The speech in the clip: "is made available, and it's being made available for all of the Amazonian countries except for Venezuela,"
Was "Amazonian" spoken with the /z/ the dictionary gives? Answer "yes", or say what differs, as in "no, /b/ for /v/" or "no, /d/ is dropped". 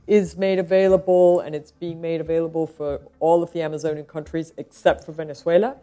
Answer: yes